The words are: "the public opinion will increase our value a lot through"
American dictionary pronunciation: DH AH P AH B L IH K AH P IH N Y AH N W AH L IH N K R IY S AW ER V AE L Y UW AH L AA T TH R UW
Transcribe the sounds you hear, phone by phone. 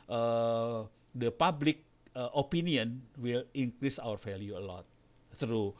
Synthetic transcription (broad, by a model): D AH P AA B L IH K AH P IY N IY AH N W AH L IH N K R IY S AW ER F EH L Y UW AH L AA T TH R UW